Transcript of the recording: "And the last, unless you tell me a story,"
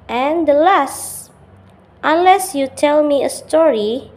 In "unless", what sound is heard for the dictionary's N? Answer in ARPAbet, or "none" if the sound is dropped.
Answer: N